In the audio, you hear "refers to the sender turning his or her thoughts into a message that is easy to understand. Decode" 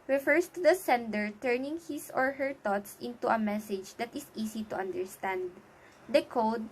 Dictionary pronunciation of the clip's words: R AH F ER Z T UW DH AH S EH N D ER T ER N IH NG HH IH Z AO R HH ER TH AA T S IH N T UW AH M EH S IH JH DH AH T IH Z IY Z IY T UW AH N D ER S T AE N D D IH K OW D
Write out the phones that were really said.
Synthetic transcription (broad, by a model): R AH F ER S T UW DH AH S EH N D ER T ER N IH NG HH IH S AO R HH ER T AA T S IH N T UW AH M EH S IH JH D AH T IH S IY S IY T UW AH N D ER S T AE N D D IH K OW D